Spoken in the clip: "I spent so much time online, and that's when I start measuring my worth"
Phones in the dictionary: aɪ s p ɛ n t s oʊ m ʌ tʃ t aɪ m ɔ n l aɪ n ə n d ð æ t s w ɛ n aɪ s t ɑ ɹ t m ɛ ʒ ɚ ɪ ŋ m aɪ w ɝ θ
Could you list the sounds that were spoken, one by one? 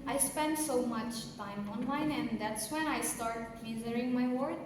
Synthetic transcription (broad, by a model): aɪ s p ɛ n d s oʊ m ʌ tʃ t aɪ m ɔ n l aɪ n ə n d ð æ t s w ɛ n aɪ s t ɑ ɹ t m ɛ z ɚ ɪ ŋ m aɪ w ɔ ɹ